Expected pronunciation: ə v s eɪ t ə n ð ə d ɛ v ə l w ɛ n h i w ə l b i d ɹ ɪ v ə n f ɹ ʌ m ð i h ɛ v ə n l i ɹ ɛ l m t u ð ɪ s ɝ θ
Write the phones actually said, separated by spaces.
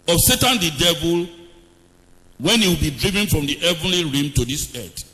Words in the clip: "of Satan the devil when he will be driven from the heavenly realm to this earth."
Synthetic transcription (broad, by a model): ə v s eɪ t ə n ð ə d ɛ v ə l w ɛ n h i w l b i d ɹ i v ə n f ɹ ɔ m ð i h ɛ v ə n l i ɹ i m t u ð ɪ s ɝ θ